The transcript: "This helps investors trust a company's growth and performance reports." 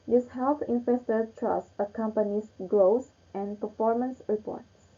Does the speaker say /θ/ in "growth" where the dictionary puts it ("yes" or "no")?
no